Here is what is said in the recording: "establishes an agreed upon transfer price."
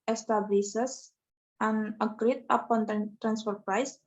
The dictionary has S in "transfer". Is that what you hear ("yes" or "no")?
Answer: yes